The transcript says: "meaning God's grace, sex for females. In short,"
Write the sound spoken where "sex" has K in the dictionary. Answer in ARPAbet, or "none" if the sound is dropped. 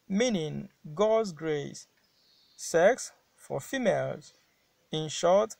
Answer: K